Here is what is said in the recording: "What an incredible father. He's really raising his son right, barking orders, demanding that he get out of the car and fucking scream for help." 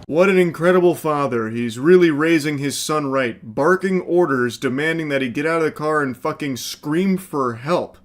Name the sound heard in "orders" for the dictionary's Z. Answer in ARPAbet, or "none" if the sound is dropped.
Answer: Z